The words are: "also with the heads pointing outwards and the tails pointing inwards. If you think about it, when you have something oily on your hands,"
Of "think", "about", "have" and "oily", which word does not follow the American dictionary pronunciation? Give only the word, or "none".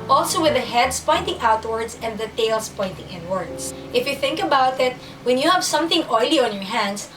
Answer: none